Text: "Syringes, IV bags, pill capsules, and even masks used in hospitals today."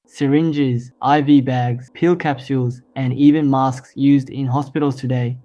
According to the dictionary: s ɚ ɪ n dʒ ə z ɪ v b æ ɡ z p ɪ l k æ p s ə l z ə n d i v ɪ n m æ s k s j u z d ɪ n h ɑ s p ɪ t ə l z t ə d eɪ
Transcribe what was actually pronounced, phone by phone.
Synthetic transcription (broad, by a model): s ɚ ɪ n dʒ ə z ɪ v b æ ɡ z p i l k æ p s ə l z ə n i v ɪ n m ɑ s k s j u z d ɪ n h ɑ s p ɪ t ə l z t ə d eɪ